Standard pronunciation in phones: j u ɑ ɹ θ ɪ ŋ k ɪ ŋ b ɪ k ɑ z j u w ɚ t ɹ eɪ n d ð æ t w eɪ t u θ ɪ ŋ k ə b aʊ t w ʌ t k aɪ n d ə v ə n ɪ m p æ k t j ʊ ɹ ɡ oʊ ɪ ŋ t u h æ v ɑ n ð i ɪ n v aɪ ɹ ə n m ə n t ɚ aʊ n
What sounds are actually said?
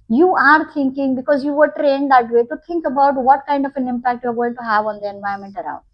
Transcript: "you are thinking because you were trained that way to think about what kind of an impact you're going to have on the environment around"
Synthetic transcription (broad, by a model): j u ɑ ɹ t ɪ ŋ k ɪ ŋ b ɪ k ɑ z j u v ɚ t ɹ eɪ n d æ t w eɪ t u t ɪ ŋ k ə b aʊ t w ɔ t k aɪ n d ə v ə n ɪ m p æ k t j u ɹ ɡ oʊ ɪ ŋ t u h æ v ɑ n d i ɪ n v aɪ ə m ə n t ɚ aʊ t